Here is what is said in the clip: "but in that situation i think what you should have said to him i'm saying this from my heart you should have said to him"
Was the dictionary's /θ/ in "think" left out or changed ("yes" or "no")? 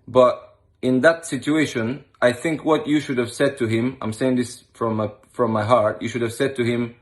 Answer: no